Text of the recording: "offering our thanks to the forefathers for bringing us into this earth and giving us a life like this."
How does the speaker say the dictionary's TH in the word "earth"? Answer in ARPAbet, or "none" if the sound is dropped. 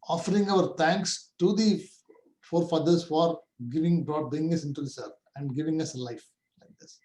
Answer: F